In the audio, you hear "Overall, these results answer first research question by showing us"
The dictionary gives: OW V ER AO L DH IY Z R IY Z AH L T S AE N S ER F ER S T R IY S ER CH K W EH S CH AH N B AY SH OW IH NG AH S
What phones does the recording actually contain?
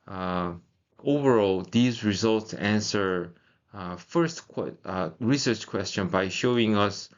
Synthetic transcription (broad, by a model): OW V ER AO L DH IY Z R IY Z AH L T S AE N S ER F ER S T R IY S ER CH K W EH S CH AH N B AY SH OW IH NG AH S